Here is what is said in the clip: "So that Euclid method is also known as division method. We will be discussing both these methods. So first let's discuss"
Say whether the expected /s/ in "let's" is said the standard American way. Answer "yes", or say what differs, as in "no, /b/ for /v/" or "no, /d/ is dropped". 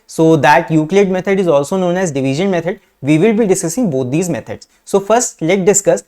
no, /s/ is dropped